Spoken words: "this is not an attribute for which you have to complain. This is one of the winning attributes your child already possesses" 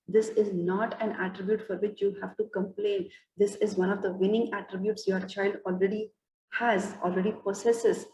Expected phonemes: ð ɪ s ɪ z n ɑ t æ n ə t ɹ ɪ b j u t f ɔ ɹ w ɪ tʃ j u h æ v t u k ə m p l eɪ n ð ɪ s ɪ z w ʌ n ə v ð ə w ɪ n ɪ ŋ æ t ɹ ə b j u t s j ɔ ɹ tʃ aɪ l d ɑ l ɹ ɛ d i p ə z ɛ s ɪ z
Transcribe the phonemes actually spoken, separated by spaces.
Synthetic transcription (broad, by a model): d ɪ s ɪ z n ɑ t æ n ə t ɹ ɪ b j u t f ɔ ɹ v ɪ tʃ j u h æ v t u k ə m p l eɪ n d ɪ s ɪ z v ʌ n ə v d ə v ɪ n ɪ ŋ æ t ɹ ə b j u t s j ɔ ɹ tʃ aɪ l d ɑ l ɹ ɛ d i p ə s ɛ s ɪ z